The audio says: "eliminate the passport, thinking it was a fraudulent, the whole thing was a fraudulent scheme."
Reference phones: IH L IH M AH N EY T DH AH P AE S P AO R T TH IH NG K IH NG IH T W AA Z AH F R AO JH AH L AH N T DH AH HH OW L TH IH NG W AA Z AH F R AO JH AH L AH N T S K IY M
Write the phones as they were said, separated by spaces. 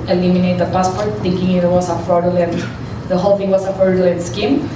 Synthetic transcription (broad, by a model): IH L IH M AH N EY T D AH P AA S P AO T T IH NG K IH NG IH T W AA S AH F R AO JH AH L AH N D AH HH OW L F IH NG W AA S AH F AO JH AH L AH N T S K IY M